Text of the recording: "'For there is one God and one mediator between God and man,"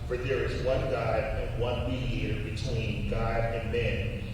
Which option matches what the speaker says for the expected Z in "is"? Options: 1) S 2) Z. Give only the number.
2